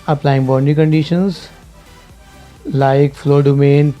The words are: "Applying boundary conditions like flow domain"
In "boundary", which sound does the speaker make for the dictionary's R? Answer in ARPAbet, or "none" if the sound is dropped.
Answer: none